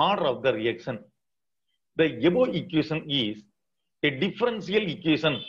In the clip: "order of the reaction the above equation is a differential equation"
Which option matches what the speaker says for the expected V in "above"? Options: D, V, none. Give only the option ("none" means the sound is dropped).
none